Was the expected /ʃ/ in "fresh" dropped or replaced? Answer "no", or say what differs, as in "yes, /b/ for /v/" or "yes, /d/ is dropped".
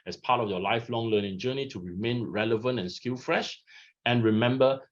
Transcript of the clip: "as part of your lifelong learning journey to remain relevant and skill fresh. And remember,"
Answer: no